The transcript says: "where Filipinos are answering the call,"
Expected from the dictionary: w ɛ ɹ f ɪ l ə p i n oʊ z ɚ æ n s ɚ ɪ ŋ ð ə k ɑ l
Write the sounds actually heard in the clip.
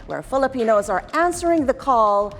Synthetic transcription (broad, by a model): w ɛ ɹ f ɪ l ə p i n oʊ z ɚ æ n s ɚ ɪ ŋ ð ə k ɑ l